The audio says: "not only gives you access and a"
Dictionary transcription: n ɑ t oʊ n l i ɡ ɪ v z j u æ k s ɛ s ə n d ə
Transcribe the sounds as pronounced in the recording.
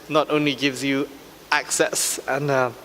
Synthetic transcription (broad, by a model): n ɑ t oʊ n l i ɡ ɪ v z j u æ k s ɛ s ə n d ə